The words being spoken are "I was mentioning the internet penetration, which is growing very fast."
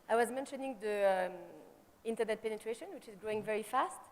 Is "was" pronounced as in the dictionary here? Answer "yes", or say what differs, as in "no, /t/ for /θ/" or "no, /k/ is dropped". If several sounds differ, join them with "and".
yes